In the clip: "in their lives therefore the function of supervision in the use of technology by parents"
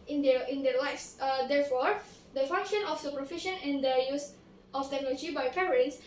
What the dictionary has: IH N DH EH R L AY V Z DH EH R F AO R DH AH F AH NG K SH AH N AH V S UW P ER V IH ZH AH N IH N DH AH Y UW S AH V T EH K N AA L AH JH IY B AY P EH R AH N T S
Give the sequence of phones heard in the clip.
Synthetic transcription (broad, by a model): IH N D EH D L AY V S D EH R F AO R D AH F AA NG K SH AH N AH F S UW P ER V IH SH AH N IH N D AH Y UW S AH F T EH K N AA L AH JH IY B AY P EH R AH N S